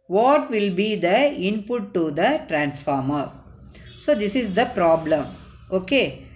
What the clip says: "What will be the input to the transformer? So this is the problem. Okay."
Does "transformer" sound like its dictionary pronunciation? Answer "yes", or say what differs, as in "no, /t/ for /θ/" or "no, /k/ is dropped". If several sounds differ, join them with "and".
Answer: yes